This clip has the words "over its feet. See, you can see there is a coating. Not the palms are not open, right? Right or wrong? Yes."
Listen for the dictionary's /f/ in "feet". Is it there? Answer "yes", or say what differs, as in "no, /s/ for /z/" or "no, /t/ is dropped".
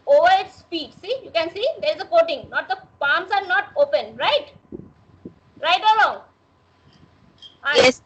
no, /p/ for /f/